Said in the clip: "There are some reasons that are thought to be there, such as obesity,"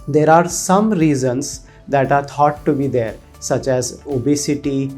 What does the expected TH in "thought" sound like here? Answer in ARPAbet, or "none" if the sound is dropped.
T